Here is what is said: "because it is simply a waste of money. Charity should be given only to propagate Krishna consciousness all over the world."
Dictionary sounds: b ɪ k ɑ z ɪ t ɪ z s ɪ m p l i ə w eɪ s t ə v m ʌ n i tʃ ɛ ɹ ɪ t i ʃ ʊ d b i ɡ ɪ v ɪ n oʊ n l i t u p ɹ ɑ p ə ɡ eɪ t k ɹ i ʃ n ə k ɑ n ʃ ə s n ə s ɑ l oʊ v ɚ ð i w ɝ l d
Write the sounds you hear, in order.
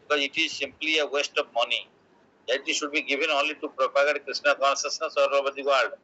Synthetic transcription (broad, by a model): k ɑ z ɪ t ɪ z s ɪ m p l i ə w eɪ s t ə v m ʌ n i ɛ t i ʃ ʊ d b i ɡ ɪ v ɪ n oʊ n l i t u p ɹ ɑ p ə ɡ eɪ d k ɹ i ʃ n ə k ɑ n s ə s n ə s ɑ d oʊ b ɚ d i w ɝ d d